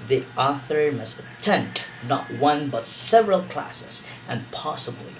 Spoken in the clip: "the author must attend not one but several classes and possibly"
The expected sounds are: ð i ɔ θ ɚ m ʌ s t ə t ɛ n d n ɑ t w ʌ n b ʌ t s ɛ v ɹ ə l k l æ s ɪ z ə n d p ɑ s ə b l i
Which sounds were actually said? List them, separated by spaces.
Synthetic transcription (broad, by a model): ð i ɔ θ ɚ m ʌ s t ə t ɛ n d n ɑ t w ʌ n b ʌ t s ɛ v ɹ ə l k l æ s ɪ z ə n p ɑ s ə b l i